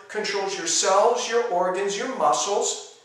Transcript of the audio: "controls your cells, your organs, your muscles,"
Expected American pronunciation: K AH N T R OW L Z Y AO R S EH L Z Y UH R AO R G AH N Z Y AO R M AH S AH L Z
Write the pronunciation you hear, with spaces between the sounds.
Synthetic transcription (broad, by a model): K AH N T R OW L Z Y AO R S EH L Z Y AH R AO R G AH N Z Y AO R M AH S L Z